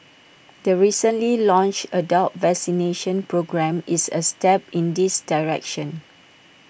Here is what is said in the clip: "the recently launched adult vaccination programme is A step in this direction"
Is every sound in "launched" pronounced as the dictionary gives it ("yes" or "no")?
no